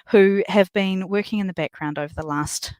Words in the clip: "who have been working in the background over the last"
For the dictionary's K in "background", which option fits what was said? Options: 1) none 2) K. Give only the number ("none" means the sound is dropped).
2